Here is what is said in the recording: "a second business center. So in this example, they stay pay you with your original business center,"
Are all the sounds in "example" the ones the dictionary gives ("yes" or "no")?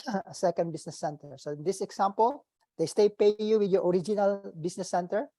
no